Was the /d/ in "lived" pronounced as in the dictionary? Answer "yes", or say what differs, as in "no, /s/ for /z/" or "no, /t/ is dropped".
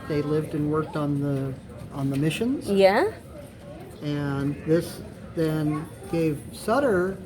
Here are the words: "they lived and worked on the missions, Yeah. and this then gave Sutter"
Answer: yes